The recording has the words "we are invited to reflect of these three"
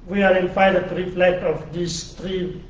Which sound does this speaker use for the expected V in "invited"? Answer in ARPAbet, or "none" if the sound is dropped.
F